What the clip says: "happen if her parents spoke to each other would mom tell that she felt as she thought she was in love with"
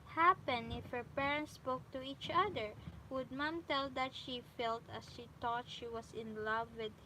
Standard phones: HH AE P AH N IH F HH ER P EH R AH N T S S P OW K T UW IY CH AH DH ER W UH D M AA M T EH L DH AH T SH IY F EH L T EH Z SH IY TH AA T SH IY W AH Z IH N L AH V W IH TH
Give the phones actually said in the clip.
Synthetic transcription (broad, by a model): HH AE P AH N IH F HH ER P EH R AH N T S S P OW K T UW IY CH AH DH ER W UH D M AA M T EH L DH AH T SH IY F EH L T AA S SH IY T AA T SH IY W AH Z IH N L AH V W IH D